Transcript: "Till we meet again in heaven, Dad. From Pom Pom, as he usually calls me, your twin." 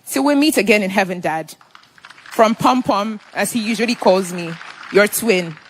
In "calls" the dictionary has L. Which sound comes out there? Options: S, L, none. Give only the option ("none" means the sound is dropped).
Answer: L